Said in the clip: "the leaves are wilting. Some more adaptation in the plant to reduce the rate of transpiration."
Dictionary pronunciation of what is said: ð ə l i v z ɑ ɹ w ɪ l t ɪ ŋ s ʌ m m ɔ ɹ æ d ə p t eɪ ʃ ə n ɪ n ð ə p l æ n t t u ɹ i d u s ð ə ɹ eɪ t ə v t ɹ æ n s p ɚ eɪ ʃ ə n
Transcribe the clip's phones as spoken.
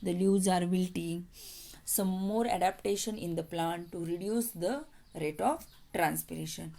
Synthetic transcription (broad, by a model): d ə l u z ɑ ɹ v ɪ l t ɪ s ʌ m m ɔ ɹ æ d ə p t eɪ ʃ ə n ɪ n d ə p l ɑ n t t u ɹ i d u s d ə ɹ eɪ t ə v t ɹ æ n s p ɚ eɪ ʃ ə n